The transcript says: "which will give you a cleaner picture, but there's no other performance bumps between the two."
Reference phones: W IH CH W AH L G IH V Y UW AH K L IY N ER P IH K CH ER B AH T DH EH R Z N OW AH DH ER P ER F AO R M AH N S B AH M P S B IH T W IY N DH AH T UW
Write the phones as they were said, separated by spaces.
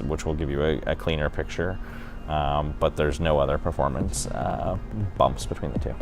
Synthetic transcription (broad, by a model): W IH CH W AH L G IH V Y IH AH K L IY N ER P IH K CH ER B AH T DH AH R Z N OW AH DH ER P ER F AO R M AH N S B AH M P S B IH T W IY N DH AH T UW